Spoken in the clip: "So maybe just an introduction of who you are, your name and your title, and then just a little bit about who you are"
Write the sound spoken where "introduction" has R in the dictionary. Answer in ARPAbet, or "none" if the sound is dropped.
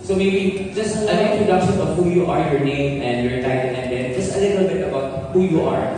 none